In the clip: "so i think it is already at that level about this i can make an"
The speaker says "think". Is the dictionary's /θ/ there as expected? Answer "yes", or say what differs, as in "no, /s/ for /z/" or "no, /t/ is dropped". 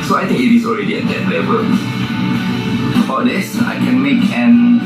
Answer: no, /t/ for /θ/